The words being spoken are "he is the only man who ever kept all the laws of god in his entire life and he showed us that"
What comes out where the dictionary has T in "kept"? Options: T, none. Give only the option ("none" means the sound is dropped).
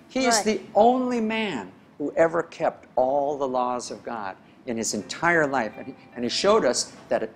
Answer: T